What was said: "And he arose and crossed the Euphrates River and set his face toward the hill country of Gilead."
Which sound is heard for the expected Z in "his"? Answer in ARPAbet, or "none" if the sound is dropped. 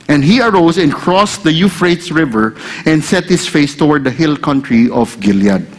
S